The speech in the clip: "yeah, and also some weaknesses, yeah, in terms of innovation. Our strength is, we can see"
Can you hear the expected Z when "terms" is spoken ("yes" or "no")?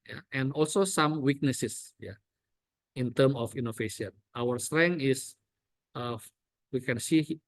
no